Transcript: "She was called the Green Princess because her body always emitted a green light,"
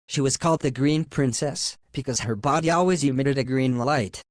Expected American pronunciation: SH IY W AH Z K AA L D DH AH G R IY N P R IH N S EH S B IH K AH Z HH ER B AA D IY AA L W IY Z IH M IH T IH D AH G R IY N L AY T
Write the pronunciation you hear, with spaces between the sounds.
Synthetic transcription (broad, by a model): SH IY W AH Z K AA L D DH AH G R IY N P R IH N S EH S B IH K AH Z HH ER B AA D IY AA L W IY Z IH M IH T IH D AH G R IY N L AY T